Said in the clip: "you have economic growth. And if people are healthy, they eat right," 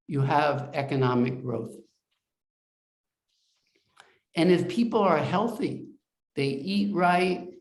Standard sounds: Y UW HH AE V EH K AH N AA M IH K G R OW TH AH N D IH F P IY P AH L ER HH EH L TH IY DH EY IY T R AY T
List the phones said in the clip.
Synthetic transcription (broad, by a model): Y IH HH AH V EH K AH N AA M IH K G R OW TH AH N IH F P IY P L ER HH EH L TH IY DH EY IY T R AY T